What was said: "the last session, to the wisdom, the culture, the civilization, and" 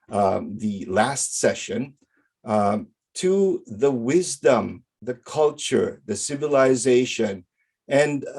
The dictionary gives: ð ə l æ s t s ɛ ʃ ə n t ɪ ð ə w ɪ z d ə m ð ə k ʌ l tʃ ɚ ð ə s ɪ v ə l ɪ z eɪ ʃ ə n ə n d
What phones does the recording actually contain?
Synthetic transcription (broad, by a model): ð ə l æ s t s ɛ ʃ ə n t ɪ ð ə w ɪ z d ə m ð ə k ʌ l tʃ ɚ ð ə s ɪ v ə l ɪ z eɪ ʃ ə n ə n